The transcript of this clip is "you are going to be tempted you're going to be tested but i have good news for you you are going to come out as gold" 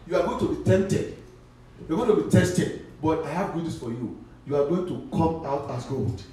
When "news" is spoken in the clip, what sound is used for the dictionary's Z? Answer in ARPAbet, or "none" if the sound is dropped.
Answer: S